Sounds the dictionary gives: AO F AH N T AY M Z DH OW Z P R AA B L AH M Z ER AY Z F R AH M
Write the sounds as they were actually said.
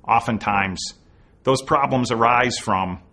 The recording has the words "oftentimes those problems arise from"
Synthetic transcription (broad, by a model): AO F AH N T AY M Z DH OW Z P R AA B L AH M Z ER AY Z F R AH M